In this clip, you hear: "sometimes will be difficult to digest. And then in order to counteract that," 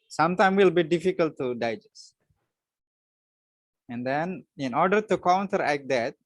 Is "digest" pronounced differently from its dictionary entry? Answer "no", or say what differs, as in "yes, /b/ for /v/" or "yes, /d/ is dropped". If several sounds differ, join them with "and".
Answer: yes, /t/ is dropped